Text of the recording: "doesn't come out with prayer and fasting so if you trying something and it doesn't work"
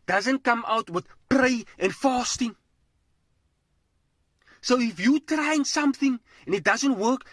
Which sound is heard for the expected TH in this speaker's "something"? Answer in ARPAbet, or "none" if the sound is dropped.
TH